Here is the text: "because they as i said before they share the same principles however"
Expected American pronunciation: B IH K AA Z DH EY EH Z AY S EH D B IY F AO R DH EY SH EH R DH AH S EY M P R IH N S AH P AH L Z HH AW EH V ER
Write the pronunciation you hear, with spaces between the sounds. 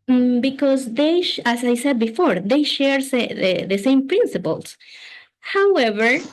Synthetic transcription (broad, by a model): B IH K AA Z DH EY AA S AY S EH D B IY F AO R DH EY SH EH R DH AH S EY M P R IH N S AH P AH L S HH AW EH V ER